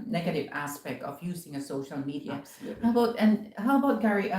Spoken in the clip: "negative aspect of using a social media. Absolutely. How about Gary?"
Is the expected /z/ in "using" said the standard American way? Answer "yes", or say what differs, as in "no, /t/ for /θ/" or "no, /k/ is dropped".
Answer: yes